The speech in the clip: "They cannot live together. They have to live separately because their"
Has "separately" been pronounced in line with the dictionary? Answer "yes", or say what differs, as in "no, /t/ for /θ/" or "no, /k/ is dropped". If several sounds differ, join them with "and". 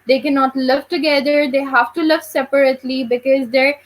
yes